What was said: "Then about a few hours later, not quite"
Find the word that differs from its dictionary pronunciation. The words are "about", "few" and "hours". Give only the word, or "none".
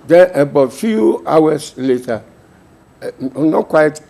hours